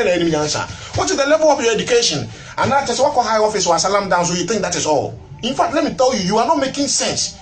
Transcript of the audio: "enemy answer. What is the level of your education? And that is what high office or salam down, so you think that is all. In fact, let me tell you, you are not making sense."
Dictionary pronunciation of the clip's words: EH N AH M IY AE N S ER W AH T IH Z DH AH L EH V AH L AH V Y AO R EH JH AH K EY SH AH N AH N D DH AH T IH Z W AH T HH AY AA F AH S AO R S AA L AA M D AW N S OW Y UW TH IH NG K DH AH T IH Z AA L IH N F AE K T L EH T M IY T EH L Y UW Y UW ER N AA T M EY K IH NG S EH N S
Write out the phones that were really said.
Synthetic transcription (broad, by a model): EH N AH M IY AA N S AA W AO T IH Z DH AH L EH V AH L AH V Y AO EH JH AH K EY SH AH N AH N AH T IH S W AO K HH AY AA F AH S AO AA S AA L AA M D AW N S OW Y UW T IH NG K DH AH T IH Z AA L IH N F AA K T L EH T M IY T EH L Y UW Y UW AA N AA T M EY K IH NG S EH N S